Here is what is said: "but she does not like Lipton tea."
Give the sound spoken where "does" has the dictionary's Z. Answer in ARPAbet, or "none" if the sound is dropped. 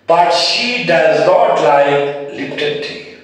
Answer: Z